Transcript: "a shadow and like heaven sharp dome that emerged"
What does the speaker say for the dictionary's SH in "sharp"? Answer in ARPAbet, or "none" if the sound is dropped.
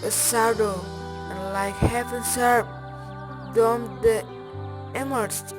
S